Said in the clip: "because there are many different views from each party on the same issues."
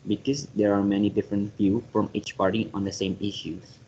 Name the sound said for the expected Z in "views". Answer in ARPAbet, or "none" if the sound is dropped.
none